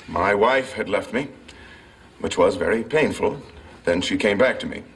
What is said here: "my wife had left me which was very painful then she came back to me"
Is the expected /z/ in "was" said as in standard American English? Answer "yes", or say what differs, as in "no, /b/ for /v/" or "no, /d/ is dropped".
yes